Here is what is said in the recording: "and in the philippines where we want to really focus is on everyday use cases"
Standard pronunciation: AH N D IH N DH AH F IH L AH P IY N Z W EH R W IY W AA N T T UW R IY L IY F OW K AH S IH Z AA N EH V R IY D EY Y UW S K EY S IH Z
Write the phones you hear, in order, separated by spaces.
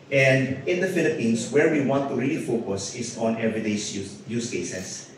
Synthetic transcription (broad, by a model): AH N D IH N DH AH F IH L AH P IY N S W EH R W IY W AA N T T UW R IY L IY F OW K AH S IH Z AA N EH V R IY D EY Y UW S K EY S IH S